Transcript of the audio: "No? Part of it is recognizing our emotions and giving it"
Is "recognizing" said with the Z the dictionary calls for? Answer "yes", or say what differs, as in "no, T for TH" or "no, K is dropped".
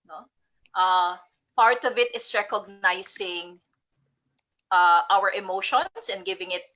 no, S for Z